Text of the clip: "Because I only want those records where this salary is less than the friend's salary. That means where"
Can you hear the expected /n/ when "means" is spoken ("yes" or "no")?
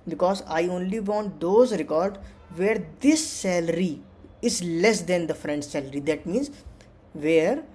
yes